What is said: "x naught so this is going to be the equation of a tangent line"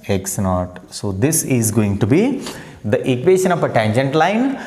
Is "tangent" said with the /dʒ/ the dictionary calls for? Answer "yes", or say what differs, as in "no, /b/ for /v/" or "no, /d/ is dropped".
yes